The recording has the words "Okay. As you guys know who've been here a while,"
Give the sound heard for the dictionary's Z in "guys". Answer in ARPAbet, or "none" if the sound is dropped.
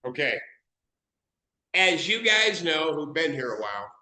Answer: Z